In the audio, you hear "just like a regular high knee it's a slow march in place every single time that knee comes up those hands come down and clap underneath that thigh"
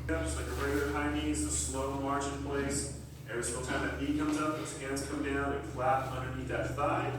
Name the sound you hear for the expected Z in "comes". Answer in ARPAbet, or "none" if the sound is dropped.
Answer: Z